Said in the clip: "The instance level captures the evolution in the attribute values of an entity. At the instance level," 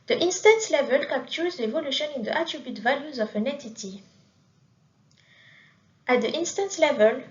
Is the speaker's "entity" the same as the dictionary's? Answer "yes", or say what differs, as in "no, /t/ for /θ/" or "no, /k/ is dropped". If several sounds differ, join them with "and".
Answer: no, /n/ is dropped